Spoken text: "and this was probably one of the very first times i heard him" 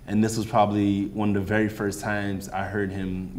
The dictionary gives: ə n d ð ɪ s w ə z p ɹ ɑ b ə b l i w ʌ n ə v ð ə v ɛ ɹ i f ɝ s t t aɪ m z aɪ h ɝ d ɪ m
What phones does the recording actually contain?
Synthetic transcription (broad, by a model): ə n ð ɪ s w ə z p ɹ ɑ b ə b l i w ʌ n ə v ð ə v ɛ ɹ i f ɝ s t t aɪ m z aɪ h ɝ d ɪ m